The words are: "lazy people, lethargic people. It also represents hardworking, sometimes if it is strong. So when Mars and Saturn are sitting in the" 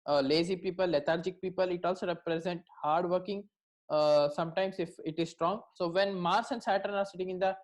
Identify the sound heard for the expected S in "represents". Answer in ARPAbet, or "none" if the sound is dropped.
none